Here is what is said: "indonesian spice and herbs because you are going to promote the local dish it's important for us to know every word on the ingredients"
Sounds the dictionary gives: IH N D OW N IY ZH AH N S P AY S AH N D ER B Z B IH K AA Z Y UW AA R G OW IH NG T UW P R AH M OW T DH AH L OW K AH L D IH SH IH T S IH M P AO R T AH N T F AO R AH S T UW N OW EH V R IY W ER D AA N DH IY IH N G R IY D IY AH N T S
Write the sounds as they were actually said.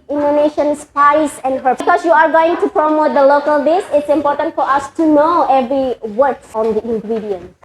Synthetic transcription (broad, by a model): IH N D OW N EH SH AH N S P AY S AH N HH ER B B K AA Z Y UW AA R G OW IH NG T UW P R AH M OW T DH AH L OW K AH L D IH S IH T S IH M P AO R T AH N T F AO R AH S T UW N OW EH V R IY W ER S AA N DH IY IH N G R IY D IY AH N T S